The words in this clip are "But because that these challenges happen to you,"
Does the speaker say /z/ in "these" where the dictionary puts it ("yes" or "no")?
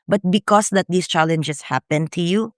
no